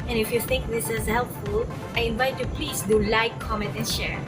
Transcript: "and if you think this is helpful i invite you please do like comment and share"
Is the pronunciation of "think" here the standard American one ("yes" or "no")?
no